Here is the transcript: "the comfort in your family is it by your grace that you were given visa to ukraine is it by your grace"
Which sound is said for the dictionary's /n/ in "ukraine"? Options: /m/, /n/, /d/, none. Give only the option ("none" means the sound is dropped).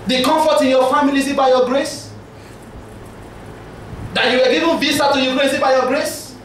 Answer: none